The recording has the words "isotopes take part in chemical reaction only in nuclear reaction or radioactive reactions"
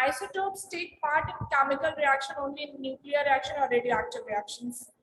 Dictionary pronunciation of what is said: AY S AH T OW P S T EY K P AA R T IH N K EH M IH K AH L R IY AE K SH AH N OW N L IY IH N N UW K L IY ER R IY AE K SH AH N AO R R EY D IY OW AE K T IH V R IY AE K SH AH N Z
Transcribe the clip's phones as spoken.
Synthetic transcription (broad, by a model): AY S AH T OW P S T EY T P AA R T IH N K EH M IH K AH L R IY AE K SH AH N OW N L IY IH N N UW K L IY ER R IY AE K SH AH N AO L R EY D IY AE K T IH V R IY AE K SH AH N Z